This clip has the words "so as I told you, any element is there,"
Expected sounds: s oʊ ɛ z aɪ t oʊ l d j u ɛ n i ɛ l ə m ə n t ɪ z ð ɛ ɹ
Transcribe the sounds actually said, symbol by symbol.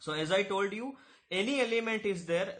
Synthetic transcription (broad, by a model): s oʊ ɛ z aɪ t oʊ l d j u ɛ n i ɛ l ə m ə n t ɪ z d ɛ ɹ